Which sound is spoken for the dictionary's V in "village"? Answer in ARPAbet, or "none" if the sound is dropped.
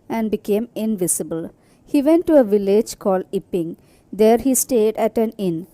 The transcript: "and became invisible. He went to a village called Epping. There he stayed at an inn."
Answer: V